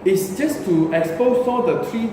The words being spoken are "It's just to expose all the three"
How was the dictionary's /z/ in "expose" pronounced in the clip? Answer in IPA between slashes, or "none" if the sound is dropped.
/s/